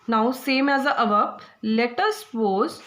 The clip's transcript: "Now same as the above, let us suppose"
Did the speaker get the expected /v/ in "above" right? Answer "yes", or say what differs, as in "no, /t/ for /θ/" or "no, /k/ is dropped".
no, /p/ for /v/